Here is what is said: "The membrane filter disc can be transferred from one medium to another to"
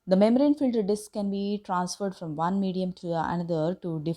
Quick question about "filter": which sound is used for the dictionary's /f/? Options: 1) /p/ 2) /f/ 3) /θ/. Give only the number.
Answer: 2